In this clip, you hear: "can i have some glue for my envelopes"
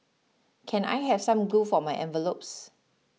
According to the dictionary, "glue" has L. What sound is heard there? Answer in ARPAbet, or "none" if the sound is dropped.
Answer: none